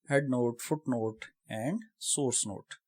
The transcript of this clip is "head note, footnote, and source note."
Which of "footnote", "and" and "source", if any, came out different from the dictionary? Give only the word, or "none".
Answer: none